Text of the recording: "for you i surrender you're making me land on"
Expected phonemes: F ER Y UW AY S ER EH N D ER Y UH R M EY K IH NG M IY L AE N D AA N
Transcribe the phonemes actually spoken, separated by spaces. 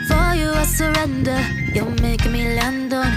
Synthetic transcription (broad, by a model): F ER Y UW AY S ER EH N D ER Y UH M EY IH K M IY L AE N D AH